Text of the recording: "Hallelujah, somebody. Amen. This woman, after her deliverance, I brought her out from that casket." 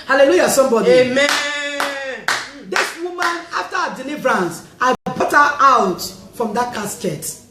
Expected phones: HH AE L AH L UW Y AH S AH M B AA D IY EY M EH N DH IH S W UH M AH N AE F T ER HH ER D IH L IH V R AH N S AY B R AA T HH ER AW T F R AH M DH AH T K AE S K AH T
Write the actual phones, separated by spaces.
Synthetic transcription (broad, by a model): HH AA L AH L UW Y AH S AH M B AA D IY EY M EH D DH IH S W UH M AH N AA F T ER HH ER D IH L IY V R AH N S AY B AA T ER AW T F R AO M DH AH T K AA S K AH T